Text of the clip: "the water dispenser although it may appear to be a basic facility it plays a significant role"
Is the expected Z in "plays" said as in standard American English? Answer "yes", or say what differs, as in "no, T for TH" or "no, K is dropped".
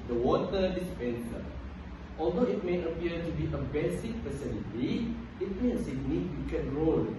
no, Z is dropped